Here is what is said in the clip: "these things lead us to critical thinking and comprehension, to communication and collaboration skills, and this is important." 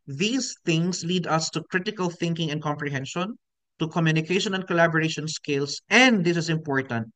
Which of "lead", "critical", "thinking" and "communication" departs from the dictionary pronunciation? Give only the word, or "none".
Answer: none